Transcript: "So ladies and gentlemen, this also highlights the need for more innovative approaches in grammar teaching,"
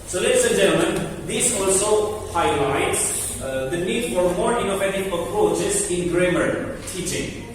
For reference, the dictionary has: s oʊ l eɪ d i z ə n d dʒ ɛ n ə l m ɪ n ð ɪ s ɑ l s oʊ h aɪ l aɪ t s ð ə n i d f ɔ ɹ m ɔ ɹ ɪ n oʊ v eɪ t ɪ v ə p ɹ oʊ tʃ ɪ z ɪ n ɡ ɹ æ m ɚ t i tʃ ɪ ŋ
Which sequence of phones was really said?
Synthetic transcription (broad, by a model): s oʊ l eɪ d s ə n dʒ ɛ n ə l m ɪ n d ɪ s ɑ l s oʊ h aɪ l aɪ t s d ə n i d f ɔ ɹ m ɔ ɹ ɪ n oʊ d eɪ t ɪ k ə p ɹ oʊ tʃ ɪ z ɪ n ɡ ɹ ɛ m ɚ t i tʃ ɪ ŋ